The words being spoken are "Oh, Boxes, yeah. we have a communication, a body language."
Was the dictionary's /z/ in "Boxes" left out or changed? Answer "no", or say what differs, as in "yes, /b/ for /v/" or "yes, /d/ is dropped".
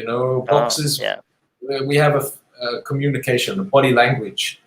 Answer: no